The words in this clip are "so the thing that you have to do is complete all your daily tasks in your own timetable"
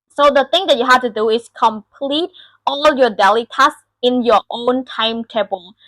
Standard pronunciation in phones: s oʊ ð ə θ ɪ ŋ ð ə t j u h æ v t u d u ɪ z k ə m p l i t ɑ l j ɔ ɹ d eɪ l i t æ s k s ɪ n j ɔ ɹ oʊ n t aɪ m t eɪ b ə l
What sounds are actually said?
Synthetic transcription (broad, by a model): s oʊ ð ə t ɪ ŋ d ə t j u h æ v t u d u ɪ s k ə m p l i t ɑ l j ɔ d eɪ l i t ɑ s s ɪ n j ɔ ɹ oʊ n t aɪ m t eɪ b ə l